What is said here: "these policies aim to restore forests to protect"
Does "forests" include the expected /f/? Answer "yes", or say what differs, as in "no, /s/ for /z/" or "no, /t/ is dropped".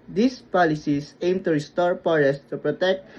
no, /p/ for /f/